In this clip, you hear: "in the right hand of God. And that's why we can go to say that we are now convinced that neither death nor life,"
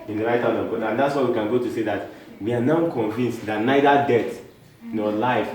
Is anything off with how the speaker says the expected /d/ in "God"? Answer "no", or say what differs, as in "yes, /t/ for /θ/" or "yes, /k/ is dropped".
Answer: yes, /d/ is dropped